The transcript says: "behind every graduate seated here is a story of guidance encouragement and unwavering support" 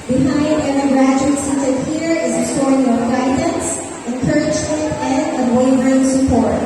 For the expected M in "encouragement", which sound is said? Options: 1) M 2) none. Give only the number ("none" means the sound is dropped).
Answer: 2